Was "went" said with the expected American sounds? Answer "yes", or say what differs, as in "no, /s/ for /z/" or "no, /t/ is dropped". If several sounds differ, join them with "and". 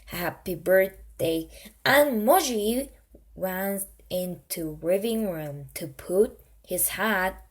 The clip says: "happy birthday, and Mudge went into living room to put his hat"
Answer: no, /t/ is dropped